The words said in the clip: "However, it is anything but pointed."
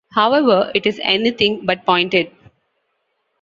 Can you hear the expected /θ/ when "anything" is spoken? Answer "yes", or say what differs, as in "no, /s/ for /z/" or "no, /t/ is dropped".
no, /t/ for /θ/